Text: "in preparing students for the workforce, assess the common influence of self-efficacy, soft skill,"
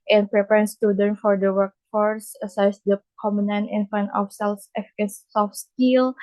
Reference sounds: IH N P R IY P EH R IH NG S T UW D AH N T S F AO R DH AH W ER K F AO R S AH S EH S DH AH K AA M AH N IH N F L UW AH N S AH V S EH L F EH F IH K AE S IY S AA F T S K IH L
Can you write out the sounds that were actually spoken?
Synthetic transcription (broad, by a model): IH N P R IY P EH R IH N S T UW D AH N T F AO R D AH W ER K F AO R S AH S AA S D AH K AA M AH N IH N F UW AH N AH F S EH L F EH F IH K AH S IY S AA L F S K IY L